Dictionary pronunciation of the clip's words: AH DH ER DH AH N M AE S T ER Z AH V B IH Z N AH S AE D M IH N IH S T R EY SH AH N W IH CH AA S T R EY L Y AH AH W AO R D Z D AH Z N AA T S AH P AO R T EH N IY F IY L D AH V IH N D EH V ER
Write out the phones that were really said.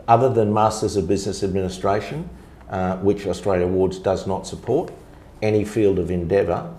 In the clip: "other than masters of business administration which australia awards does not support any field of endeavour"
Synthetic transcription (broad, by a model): AH DH ER DH AH N M AE S T ER Z AH V B IH Z N AH S AE D M IH N IH S T R EY SH AH N W IH CH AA S T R EY L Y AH AH W AO R D Z D AH Z N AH T S AH P AO R T EH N IY F IY L D AH V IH N D EH V ER